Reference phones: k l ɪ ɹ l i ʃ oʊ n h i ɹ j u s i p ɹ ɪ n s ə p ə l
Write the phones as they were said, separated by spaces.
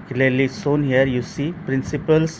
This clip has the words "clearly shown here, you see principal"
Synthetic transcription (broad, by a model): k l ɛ l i s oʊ n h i ɹ j u s i p ɹ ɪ n s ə p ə l